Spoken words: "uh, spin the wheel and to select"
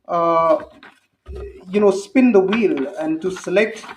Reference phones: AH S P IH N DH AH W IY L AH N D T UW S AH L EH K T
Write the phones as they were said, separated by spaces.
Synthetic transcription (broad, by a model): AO S P IH N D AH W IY L AH N D T UW S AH L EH K T